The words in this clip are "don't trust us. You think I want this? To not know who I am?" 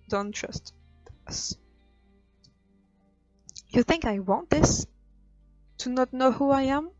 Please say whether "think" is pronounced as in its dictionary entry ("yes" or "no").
yes